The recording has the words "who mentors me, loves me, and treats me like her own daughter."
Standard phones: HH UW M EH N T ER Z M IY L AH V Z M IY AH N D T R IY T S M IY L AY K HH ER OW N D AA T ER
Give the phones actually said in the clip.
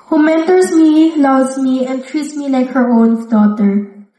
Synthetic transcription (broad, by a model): HH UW M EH N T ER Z M IY L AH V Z M IY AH N T R IY T S M IY L AY K HH ER OW N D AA T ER